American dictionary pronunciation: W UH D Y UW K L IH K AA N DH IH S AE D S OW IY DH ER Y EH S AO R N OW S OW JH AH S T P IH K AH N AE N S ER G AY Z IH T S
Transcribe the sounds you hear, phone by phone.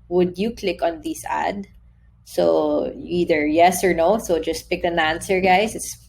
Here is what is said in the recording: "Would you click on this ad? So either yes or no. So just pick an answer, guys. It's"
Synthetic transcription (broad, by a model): W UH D Y UW K L IH K AA N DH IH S AE D S OW IY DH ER Y EH S AO R N OW S OW JH AH S T P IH K AH N AE N S ER G AY S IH T S